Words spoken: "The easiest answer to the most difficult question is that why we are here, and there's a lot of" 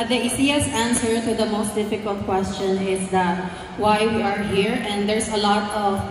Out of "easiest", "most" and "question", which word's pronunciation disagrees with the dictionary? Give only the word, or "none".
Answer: easiest